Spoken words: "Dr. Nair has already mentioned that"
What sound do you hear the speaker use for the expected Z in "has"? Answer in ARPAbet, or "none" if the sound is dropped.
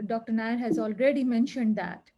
Z